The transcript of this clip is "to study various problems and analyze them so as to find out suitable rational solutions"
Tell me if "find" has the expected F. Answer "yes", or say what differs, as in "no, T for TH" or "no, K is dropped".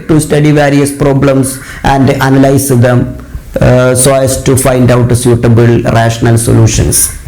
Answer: yes